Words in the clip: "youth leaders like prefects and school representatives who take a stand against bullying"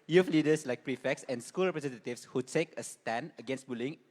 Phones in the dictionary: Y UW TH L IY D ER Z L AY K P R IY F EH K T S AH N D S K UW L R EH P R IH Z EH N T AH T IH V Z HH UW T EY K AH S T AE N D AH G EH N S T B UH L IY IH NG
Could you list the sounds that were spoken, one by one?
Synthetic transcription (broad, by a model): Y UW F L IY D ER S L AY K P R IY F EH K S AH N S K UW L R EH P R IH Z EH N T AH T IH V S HH UW T EY K AH S T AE N AH G EH N S T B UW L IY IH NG